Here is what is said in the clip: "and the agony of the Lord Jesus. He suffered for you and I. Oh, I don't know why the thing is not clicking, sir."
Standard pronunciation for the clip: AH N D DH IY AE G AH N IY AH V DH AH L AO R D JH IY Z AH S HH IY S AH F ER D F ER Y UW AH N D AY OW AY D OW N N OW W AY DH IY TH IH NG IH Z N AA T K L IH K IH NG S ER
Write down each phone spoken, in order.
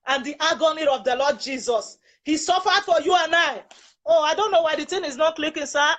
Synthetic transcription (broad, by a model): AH N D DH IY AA G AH N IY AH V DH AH L AO D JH IY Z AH S HH IY S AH F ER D F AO Y UW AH N AY OW AY D OW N N OW W AY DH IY T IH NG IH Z N AA T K L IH K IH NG S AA